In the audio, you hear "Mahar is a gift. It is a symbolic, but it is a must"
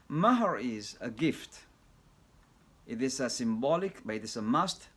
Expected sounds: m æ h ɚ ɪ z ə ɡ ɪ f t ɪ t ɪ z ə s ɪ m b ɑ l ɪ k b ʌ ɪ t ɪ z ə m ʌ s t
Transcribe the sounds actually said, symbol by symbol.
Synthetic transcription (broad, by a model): m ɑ h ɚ ɪ z ə ɡ ɪ f t ɪ t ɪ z ə s ɪ m b ɑ l ɪ k b ʌ ɪ t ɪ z ə m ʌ s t